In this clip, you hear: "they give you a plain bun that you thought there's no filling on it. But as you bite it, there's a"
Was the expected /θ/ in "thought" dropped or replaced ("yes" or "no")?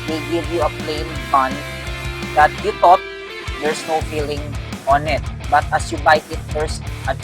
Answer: yes